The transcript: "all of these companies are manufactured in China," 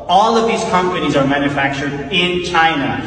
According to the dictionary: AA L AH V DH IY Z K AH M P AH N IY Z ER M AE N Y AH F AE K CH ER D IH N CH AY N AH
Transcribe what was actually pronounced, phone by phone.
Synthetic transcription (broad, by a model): AA L AH V DH IY Z K AH M P AH N IY Z ER M AE N Y AH F AE K CH ER D IH N CH AY N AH